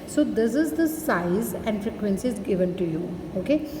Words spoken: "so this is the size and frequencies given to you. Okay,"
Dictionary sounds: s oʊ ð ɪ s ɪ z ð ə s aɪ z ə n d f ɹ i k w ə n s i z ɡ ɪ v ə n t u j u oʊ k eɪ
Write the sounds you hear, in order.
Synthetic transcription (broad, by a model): s oʊ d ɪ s ɪ z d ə s aɪ z ə n d f ɹ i k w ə n s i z ɡ ɪ v ə n t u j u oʊ k eɪ